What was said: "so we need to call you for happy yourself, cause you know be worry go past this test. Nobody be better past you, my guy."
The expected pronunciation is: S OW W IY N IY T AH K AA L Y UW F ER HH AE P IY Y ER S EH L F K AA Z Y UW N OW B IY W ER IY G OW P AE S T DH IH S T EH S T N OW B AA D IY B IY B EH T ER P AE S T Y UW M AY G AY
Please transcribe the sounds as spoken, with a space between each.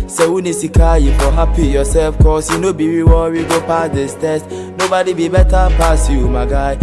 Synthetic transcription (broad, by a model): S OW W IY N IY S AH K AA Y UW F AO HH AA P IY Y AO S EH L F K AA S Y UW N OW B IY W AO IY G OW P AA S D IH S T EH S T N OW B AA D IY B IY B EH T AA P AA S Y UW M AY G AY